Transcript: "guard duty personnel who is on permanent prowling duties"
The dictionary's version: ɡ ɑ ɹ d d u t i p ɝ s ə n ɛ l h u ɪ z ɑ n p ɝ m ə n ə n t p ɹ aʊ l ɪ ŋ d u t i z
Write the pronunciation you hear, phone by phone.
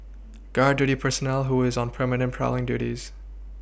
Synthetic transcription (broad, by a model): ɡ ɑ ɹ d d u t i p ɝ s ə n ɛ l h u ɪ z n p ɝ m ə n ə n p ɹ aʊ l ɪ ŋ d u t i z